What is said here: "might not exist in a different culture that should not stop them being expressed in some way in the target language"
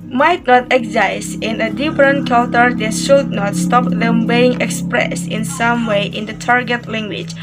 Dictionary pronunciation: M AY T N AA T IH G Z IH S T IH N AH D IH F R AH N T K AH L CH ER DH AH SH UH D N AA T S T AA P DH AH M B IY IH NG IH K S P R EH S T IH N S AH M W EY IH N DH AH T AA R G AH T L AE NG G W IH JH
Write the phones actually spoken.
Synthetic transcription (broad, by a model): M AY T N AA T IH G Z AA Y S IH N AH D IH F R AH N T K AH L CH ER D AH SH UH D N AA T S T AA P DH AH M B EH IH NG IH K S P R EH S IH N S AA M W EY IH N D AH T AA R G AH T L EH NG G W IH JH